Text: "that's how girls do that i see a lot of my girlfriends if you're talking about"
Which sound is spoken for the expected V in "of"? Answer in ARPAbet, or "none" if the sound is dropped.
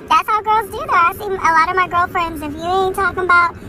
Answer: V